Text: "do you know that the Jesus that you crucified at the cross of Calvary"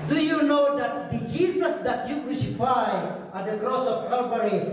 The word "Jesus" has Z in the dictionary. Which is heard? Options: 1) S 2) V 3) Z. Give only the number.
1